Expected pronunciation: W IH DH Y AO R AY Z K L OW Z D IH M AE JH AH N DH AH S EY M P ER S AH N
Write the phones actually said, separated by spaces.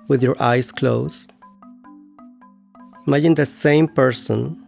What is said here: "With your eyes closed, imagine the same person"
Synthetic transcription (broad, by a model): W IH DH Y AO R AY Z K L OW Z IH M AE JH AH N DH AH S EY M P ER S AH N